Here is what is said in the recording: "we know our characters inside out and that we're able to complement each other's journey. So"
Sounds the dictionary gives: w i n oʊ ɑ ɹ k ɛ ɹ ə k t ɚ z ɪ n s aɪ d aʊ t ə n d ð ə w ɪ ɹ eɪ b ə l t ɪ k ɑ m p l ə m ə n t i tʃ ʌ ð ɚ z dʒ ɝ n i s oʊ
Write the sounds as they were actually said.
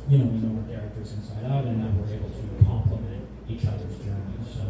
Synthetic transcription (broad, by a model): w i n oʊ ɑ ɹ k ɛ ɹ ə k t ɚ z ɪ n s aɪ d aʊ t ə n ð ə w ɪ ɹ eɪ b l t ɪ k ɑ m p l ə m ə n t i tʃ ʌ ð ɚ z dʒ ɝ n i s oʊ